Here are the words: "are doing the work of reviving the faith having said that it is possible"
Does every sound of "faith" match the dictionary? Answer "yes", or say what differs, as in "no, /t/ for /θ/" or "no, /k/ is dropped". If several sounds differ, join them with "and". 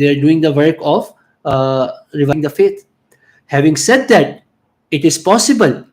no, /t/ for /θ/